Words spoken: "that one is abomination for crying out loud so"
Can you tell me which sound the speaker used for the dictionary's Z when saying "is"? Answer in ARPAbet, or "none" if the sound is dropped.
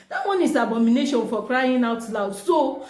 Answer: S